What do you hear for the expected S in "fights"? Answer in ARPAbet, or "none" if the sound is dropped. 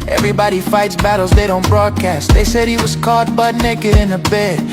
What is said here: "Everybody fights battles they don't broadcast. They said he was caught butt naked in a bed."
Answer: S